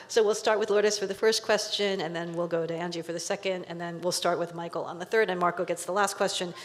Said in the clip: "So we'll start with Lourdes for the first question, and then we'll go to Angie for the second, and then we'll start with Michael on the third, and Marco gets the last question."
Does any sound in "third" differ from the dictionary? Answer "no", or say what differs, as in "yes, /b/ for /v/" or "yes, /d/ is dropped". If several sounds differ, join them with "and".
no